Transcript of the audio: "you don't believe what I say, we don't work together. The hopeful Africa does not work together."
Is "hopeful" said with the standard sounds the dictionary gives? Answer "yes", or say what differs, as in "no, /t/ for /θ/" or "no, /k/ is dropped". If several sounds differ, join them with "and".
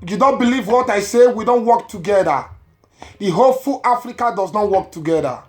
no, /p/ is dropped